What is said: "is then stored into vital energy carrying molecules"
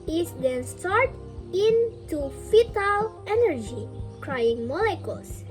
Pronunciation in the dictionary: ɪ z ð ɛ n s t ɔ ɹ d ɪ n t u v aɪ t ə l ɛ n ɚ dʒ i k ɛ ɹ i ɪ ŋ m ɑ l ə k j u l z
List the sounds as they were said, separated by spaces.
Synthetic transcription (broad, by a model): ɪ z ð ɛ n s t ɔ ɹ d ɪ n t u f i t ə l ɛ n ɚ dʒ i k ɹ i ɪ ŋ m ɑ l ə k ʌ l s